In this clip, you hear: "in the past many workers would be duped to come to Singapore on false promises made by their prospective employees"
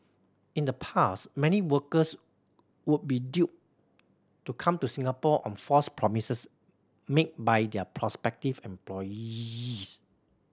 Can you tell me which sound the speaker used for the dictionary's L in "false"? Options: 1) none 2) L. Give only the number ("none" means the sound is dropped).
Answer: 1